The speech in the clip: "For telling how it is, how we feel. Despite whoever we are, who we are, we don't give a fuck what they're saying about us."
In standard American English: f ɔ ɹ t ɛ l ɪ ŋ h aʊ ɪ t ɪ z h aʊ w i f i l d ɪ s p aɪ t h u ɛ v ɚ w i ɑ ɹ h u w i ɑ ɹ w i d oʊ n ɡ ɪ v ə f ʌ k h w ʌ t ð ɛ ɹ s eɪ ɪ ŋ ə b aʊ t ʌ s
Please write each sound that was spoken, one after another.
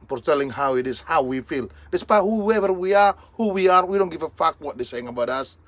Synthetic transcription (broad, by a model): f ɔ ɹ t ɛ l ɪ ŋ h aʊ ɪ t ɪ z h aʊ w i f i l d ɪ s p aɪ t h u ɛ v ɚ w i ɑ ɹ h u w i ɑ ɹ w i d oʊ n ɡ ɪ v ə f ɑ k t w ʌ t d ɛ s eɪ ɪ ŋ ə b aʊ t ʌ s